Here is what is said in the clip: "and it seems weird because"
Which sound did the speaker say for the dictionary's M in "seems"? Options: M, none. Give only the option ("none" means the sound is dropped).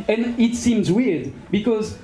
M